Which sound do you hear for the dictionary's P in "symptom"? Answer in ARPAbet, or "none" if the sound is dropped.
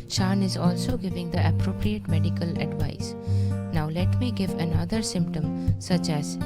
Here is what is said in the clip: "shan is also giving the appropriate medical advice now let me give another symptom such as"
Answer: P